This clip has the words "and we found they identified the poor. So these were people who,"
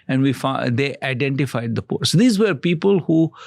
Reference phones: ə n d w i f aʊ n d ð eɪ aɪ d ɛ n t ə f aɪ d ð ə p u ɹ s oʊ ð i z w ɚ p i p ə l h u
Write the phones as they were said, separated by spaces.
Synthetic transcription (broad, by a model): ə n d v i f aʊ d eɪ aɪ d ɛ n t ə f aɪ d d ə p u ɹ s oʊ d i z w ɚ p i p ə l h u